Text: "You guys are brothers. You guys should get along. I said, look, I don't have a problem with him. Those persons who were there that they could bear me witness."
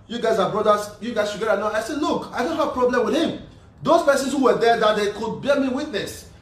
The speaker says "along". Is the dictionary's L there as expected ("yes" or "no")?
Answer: no